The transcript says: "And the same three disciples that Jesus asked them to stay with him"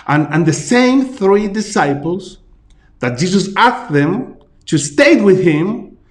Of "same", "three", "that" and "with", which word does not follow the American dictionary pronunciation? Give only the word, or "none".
none